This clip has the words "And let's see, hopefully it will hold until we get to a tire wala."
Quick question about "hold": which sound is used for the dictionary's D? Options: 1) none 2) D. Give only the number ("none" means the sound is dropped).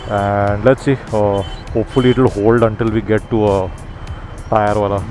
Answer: 2